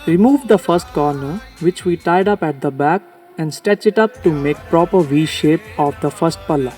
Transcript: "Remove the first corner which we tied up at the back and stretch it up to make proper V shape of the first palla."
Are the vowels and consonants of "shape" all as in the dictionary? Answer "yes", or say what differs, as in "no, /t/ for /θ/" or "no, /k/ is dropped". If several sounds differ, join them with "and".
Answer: yes